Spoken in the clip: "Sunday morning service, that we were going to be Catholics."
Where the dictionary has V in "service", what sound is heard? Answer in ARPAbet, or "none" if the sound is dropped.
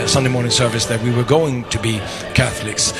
V